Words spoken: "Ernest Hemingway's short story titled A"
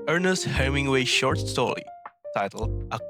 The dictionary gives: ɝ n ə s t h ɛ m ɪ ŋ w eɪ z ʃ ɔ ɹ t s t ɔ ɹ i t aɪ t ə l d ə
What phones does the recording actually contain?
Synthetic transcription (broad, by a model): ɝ n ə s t h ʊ m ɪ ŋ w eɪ ʃ ɔ ɹ t s t ɔ ɹ i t aɪ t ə l ə